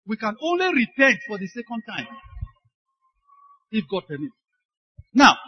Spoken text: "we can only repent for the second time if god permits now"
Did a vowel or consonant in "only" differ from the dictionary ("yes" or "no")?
no